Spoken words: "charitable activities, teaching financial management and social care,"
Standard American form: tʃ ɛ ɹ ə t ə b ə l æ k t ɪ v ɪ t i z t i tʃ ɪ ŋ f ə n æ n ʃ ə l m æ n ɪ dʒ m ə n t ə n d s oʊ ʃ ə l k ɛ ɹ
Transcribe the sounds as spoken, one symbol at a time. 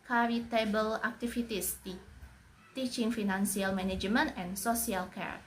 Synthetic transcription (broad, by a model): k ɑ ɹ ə t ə b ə l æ k t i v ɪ t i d t i tʃ ɪ ŋ f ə n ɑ n s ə l m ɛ n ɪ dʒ m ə n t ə n s oʊ s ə l k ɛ ɹ